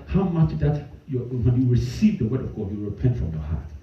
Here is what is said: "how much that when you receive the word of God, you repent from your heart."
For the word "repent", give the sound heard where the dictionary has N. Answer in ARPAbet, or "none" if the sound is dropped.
N